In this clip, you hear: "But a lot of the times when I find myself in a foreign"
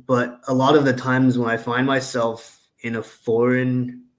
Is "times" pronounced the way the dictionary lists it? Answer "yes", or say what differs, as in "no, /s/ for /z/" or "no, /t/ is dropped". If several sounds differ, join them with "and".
yes